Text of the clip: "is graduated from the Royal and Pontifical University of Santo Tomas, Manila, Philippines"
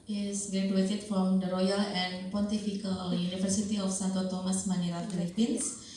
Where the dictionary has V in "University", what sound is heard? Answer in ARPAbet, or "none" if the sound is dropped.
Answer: F